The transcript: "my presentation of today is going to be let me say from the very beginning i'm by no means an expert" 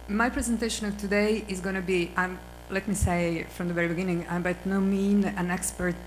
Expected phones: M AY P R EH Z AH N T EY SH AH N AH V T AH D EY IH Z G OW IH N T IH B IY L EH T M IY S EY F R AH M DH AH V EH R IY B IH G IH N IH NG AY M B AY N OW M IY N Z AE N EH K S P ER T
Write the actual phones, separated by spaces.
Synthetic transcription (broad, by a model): M AY P R EH Z AH N T EY SH AH N AH V T AH D EY IH Z G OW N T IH B IY L EH T M IY S EY F R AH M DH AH V EH R IY B IH G IH N IH NG AY M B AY N OW M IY N AE N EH K S P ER T